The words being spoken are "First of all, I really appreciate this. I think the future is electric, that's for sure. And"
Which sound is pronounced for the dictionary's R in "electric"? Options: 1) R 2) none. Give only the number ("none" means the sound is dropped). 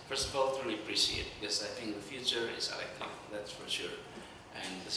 2